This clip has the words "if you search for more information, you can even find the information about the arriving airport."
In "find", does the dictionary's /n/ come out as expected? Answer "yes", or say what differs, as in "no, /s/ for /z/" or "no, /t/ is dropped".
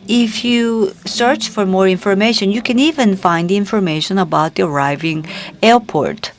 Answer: yes